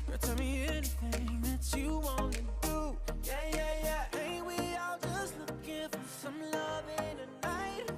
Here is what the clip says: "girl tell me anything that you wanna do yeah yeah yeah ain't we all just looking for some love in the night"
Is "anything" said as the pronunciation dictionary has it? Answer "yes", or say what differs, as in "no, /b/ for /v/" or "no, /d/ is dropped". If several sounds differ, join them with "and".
yes